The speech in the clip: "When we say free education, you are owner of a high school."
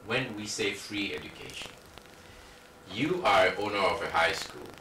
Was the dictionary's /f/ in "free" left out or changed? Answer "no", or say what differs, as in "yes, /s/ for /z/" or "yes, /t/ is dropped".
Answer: no